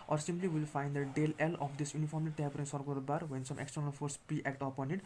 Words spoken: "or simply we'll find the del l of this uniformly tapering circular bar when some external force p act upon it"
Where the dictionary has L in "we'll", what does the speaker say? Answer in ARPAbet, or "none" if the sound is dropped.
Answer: L